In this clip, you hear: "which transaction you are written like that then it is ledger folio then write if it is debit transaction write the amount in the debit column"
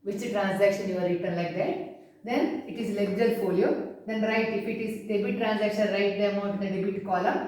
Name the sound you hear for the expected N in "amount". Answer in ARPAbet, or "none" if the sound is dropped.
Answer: none